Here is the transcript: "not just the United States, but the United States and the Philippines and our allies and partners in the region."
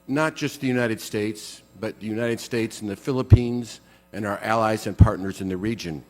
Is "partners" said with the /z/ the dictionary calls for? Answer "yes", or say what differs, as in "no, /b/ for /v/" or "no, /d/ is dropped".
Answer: yes